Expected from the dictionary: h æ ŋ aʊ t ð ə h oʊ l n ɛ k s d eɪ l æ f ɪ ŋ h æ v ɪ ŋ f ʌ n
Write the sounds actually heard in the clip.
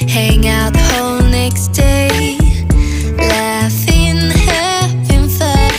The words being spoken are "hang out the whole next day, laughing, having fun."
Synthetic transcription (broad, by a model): h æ ŋ aʊ t h oʊ l n ɛ k s d eɪ l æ f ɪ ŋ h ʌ p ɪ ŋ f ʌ